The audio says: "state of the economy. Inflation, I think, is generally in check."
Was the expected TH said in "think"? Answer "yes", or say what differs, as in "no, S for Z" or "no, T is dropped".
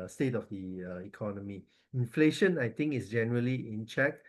no, T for TH